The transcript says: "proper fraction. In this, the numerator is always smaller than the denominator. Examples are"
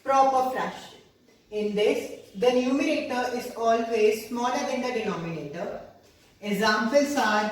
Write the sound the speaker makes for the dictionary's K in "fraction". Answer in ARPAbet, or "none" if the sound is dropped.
none